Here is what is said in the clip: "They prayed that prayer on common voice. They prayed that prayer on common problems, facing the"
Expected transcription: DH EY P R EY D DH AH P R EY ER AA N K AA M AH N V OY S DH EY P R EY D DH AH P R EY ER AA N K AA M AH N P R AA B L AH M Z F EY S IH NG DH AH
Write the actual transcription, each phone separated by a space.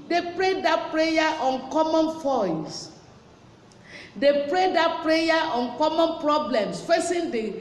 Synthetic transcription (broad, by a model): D EY P R EY D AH P R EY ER AA N K AA M AH N F OY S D EY P R EY D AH P R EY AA AA N K AA M AH N P R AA B L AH M S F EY S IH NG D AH